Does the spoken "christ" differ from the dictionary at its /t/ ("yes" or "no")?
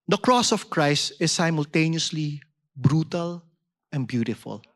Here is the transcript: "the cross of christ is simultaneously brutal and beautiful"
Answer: no